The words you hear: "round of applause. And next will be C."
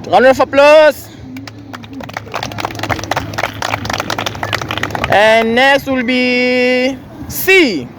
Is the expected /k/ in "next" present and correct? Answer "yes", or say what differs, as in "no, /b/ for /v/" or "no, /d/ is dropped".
no, /k/ is dropped